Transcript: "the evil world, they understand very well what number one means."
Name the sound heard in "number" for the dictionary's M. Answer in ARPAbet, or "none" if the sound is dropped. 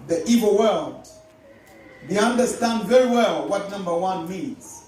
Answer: M